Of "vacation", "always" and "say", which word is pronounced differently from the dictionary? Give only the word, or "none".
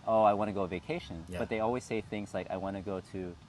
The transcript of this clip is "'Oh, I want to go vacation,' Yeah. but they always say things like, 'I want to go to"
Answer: none